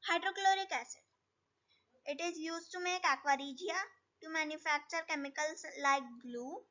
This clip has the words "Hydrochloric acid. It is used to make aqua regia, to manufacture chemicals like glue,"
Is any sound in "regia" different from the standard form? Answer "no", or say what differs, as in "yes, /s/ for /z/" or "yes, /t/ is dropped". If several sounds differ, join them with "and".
no